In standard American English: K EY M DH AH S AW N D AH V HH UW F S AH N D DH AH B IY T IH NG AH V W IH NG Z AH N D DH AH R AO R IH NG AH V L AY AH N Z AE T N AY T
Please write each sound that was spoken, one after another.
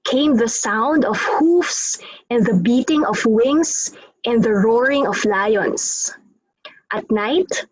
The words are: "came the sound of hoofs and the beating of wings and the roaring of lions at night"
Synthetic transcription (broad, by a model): K EY M DH AH S AW N D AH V HH UW F S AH N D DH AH B IY T IH NG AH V W IH NG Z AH N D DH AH R AO R IH NG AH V L AY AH N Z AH T N AY T